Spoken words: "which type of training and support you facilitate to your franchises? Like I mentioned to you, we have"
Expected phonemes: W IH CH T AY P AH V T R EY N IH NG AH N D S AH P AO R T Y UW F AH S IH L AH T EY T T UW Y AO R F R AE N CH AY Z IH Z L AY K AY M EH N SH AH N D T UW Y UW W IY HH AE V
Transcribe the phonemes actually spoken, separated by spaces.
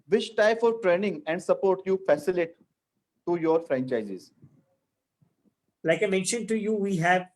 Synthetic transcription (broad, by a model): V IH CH T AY F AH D T R EY N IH NG AH N D S AH P AO R T Y UW F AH S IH L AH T T T UW Y AO R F R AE N CH AY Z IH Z L AY K AY M EH N SH AH N D T UW Y UW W IY HH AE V